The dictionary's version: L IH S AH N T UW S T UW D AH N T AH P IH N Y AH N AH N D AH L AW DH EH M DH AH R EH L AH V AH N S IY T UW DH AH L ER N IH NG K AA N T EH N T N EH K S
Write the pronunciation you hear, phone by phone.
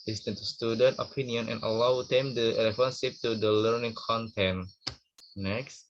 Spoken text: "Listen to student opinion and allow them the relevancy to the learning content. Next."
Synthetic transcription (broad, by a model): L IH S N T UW S T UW D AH N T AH P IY N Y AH N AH N AH L AW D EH M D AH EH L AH F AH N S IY T UW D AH L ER N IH NG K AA N T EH N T N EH K S